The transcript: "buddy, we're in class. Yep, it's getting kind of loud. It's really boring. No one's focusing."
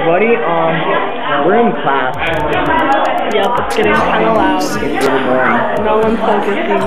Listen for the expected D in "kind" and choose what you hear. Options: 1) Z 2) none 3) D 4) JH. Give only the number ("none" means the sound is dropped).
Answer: 2